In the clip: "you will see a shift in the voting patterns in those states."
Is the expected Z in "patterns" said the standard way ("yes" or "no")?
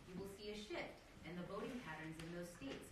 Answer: yes